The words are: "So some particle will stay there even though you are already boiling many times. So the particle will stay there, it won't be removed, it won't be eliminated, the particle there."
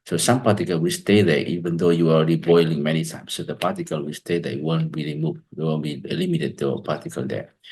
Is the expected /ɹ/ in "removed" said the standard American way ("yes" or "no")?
no